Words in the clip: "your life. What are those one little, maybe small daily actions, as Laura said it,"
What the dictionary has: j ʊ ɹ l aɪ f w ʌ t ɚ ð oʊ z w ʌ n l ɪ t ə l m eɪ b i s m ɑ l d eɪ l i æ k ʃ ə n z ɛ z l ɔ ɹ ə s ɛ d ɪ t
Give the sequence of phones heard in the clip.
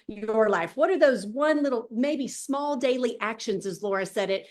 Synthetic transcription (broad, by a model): j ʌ ɹ l aɪ f w ʌ t ɚ ð oʊ z w ʌ n l ɪ t l m eɪ b i s m ɑ l d eɪ l i æ k ʃ ə n z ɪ z l ɔ ɹ ə s ɛ d ɪ t